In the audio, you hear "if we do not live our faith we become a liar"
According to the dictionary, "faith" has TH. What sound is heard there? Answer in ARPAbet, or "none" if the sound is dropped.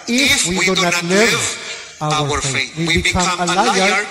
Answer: T